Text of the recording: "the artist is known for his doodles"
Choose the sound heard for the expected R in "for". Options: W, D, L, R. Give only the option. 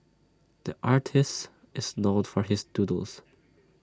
R